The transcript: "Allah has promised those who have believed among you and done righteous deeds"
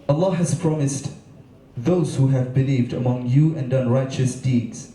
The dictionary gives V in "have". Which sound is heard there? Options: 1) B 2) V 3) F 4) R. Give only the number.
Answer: 2